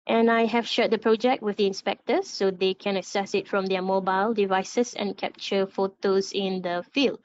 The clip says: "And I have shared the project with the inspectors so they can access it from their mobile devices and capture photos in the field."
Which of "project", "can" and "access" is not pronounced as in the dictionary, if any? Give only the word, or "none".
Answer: access